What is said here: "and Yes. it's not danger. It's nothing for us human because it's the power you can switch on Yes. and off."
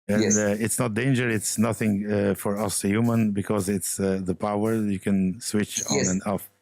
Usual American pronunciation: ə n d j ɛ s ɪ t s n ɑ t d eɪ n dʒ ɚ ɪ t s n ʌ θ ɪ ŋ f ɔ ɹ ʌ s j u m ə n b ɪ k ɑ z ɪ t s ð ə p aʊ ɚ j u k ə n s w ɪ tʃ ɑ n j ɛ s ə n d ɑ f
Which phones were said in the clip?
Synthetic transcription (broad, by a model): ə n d ɪ t s n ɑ t d eɪ n dʒ ɚ ɪ t s n ʌ θ ɪ ŋ f ɔ ɹ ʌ s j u m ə n b ɪ k ɑ z ɪ t s ð ə p aʊ ɚ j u k ə n s w ɪ tʃ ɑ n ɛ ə n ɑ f